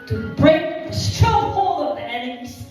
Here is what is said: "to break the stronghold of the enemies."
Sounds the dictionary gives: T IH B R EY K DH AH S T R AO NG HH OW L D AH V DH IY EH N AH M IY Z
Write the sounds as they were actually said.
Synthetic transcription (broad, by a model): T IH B R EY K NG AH S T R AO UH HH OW L AH V DH IY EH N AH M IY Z